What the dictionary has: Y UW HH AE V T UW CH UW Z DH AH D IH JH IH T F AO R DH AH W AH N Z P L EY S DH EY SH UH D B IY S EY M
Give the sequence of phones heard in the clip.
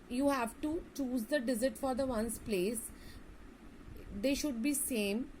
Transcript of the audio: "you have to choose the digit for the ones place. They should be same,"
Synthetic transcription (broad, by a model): Y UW HH AE V T UW CH UW Z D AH D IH Z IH T F AO R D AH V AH N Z P L EY S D EY SH UH D B IY S EY M